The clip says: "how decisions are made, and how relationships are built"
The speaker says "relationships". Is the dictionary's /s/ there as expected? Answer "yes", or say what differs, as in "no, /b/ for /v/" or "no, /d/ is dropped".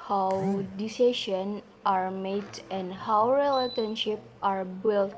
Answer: no, /s/ is dropped